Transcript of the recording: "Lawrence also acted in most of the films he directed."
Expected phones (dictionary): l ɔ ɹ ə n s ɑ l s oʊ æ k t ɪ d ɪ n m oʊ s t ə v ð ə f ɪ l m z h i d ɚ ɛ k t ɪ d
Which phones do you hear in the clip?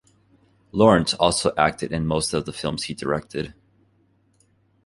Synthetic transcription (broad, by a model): l ɔ ɹ ə n s ɑ l s oʊ æ k t ɪ d ɪ n m oʊ s t ə v ð ə f ɪ l m z h i d ɚ ɛ k t ɪ d